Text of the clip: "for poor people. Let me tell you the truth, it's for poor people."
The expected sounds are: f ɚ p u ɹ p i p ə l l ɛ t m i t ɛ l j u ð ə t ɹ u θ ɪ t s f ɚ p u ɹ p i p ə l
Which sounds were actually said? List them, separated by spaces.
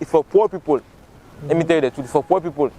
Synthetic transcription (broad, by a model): f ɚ p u p i p ə l l ɛ t m i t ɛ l j u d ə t u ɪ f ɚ p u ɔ p i p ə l